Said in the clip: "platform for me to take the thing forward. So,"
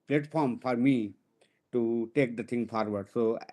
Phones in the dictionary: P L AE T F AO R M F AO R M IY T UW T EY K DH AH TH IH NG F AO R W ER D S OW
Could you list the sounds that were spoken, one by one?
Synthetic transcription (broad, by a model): P L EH T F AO R M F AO R M IY T UW T EY K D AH T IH NG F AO R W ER D S OW